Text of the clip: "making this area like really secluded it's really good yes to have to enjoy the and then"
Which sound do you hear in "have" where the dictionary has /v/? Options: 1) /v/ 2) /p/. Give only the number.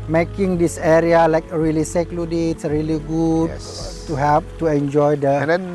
2